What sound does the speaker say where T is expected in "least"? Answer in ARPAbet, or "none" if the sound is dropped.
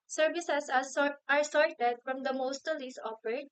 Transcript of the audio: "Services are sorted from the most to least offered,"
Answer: none